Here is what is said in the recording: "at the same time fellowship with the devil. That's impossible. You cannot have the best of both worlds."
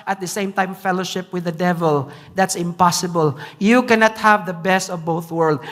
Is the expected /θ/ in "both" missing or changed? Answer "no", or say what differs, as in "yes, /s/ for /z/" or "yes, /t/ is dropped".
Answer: no